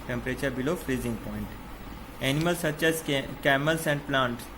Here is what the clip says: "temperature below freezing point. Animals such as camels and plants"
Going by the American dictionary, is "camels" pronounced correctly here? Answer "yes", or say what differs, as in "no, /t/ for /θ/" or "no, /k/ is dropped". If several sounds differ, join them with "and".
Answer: no, /s/ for /z/